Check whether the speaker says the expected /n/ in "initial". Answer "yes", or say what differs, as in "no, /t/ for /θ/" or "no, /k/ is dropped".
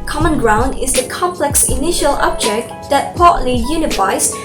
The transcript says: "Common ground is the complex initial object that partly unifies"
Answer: yes